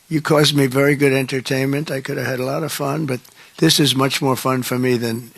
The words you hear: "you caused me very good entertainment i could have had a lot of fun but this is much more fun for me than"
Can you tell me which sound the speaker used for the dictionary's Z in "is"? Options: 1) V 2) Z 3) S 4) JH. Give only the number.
2